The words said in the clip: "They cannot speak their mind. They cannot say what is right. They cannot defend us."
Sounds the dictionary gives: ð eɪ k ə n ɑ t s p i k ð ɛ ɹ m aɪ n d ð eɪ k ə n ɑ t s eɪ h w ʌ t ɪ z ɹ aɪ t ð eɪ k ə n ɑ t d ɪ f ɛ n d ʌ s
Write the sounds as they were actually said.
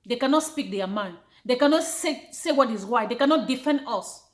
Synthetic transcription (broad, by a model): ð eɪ k ə n ɑ t s p i k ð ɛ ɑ m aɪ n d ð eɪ k ə n ɑ t s eɪ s w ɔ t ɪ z w aɪ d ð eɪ k ə n ɑ t d ɪ f ɛ n d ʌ s